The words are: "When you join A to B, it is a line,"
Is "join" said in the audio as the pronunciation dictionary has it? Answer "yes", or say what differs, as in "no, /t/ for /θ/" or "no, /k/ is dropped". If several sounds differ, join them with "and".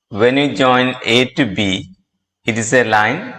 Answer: yes